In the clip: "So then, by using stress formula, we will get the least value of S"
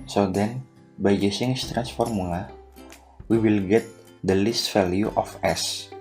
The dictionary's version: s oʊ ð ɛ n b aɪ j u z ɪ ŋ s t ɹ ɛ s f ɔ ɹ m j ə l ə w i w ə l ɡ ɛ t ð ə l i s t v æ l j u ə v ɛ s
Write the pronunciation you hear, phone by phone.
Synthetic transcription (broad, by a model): s oʊ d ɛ n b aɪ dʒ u s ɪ ŋ s t ɹ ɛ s f ɔ ɹ m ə l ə w i w ə l ɡ ɛ t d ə l i s t f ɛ l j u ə f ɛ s